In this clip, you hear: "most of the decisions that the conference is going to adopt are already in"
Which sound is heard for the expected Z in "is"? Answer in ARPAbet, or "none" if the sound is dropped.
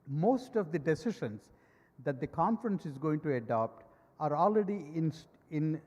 Z